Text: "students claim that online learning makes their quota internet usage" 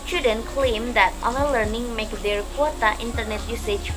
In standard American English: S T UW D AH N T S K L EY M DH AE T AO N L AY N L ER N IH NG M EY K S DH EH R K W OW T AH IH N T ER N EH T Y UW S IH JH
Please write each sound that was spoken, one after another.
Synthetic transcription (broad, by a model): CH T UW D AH N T K L EY M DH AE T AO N AH L ER N IH NG M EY K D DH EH R K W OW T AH IH N T ER N EH T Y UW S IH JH